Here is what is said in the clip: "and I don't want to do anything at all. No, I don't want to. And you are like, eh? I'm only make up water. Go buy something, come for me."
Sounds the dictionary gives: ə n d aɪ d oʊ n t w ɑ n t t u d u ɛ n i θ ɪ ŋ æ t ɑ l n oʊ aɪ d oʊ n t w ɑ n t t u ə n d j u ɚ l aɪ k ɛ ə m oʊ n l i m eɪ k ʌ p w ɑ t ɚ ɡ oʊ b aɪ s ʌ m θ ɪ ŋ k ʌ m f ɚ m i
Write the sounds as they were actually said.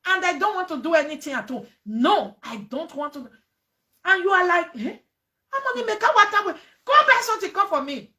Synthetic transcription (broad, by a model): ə n d aɪ d oʊ n t w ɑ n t t u d u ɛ n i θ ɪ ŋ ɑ t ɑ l n oʊ aɪ d oʊ n t w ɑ n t t u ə n j u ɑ l aɪ k ɛ ə m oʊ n i m eɪ k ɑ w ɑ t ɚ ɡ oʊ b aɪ s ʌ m t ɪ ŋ k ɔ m f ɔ m i